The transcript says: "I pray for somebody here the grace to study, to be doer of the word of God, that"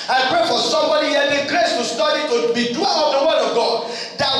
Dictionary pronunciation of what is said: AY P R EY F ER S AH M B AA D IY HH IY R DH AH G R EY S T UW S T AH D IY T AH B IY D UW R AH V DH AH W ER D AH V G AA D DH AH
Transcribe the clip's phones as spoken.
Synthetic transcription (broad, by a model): AY P R EY F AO S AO M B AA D IY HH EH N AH G R EY S T UW S T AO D IY T AH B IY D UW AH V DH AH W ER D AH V G AA D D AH